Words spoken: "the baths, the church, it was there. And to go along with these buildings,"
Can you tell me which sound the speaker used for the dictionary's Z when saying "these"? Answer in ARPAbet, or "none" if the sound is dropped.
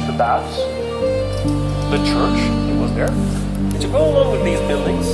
Z